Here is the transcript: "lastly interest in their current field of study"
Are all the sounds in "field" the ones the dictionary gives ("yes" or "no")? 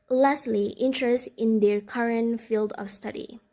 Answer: yes